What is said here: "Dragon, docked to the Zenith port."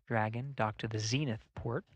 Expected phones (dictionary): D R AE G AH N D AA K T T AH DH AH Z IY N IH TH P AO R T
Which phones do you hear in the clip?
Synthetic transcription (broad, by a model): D R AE G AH N D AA K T T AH DH AH Z IY N IH TH P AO R T